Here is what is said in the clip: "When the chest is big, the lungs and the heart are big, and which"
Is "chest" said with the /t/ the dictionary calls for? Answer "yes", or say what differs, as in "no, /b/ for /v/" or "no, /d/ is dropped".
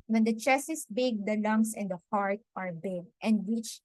no, /t/ is dropped